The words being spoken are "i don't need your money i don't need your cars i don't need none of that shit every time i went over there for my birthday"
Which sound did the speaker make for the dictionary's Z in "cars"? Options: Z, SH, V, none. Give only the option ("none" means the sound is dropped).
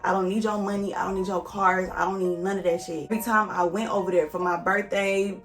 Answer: Z